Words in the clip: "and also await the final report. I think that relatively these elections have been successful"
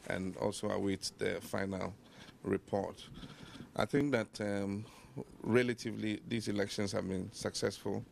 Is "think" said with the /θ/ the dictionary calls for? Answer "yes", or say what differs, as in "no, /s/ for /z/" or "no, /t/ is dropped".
yes